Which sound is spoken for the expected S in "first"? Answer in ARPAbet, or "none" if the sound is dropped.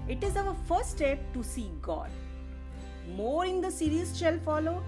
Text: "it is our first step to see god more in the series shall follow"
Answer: none